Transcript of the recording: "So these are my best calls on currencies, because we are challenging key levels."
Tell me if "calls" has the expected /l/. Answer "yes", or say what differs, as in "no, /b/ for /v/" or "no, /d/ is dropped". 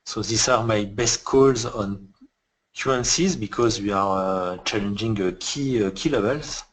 yes